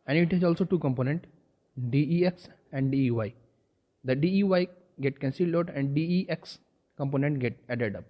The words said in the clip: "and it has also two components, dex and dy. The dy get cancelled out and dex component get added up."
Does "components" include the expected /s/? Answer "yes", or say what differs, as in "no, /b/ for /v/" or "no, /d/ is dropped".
no, /s/ is dropped